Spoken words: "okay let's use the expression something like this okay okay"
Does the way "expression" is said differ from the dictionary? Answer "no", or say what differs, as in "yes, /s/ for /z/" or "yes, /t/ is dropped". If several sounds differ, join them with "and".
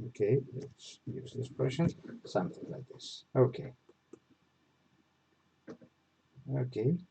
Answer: yes, /k/ is dropped